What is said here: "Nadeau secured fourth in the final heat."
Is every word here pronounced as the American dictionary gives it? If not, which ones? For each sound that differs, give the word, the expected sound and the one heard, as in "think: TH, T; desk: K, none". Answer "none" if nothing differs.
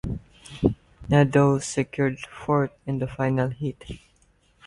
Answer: fourth: TH, T